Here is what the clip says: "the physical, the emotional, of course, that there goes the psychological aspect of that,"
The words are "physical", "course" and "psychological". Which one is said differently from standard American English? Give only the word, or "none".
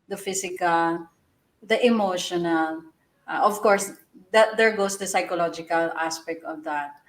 physical